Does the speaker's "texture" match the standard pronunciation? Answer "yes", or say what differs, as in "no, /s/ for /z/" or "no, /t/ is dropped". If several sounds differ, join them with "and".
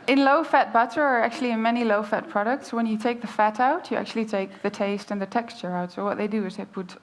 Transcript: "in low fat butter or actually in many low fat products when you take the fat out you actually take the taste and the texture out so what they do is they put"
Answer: yes